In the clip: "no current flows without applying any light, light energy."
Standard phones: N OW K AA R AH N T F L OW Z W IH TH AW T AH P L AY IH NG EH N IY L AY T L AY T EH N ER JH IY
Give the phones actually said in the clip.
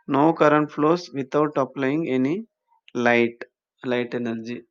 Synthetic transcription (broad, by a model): N OW K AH R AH N T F L OW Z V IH T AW T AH P L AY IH NG EH N IY L AY T L AY T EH N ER JH IY